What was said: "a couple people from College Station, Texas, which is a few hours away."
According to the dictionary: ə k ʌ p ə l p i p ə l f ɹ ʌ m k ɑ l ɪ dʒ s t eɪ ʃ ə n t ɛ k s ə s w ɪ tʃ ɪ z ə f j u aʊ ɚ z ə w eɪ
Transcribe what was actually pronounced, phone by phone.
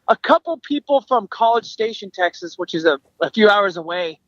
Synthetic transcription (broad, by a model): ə k ʌ p l p i p l f ɹ ʌ m k ɑ l ɪ dʒ s t eɪ ʃ ə n t ɛ k s ə s w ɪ tʃ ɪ z ə f j u aʊ ɚ z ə w eɪ